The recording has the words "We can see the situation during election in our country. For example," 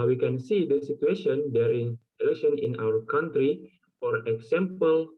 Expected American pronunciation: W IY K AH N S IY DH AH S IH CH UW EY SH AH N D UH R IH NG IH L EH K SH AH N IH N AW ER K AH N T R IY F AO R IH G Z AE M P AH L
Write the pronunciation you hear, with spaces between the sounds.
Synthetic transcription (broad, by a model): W IY K AH N S IY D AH S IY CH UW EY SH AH N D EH R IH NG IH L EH SH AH N IH N AW ER K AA N T R IY F AO R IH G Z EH M P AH L